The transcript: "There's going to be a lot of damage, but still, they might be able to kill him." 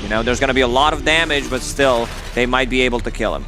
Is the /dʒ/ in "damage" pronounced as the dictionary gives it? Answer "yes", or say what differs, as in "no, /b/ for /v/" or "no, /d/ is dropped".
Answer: yes